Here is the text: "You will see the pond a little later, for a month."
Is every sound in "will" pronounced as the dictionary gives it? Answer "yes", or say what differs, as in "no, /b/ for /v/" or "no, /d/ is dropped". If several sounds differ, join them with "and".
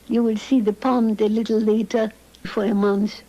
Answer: yes